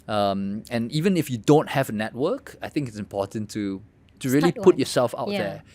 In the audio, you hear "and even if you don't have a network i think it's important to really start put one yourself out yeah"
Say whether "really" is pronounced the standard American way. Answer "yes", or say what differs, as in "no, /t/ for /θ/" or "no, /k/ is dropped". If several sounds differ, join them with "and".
no, /l/ is dropped